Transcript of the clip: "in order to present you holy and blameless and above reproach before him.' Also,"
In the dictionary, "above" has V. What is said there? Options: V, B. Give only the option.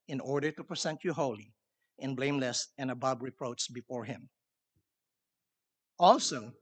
B